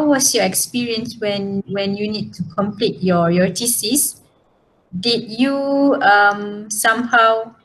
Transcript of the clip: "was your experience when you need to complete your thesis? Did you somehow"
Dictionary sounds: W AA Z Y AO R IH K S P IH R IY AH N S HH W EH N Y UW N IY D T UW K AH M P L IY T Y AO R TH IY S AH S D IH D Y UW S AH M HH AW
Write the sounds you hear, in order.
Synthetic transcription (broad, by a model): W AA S Y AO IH K S P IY R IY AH N S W W EH N Y UW N IY D T UW K AH M P L IY T Y AO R T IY S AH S D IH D Y UW S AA M HH AW